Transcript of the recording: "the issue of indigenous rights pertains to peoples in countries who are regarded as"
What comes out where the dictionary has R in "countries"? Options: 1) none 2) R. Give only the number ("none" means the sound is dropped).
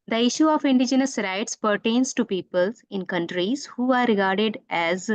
2